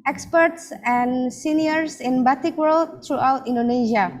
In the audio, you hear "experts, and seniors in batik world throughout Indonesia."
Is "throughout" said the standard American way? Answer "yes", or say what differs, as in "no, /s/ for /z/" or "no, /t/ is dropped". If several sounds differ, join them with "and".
no, /t/ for /θ/